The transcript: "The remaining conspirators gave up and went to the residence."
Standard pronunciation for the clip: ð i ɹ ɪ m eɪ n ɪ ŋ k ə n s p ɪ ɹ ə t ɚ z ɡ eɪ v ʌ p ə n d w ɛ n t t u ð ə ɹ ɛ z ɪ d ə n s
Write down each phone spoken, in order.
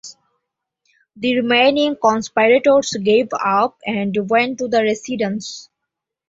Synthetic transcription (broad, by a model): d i ɹ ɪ m eɪ n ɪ ŋ k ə n s p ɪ ɹ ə t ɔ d ɡ eɪ v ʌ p ə n d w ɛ n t t u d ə ɹ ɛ s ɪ d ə n s